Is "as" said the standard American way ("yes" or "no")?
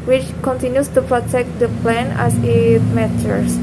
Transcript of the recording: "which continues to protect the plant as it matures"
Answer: no